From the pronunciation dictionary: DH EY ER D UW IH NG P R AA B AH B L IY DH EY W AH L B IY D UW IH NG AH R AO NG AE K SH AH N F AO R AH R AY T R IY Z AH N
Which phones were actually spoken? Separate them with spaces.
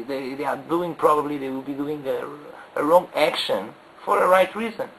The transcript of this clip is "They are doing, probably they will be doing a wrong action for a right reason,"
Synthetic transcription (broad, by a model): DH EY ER D UW IH NG P R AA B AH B L IY DH EY W AH L B IY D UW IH NG AH R AO NG AE K SH AH N F AO R AH R AY T R IY Z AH N